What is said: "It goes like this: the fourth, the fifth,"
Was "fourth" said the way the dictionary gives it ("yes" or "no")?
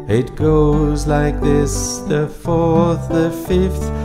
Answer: yes